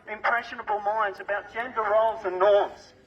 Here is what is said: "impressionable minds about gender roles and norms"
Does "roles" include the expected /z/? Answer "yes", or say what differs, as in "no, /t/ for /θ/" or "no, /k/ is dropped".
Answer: yes